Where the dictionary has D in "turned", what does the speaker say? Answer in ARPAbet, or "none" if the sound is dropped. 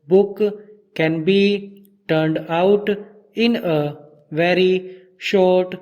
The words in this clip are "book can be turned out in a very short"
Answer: D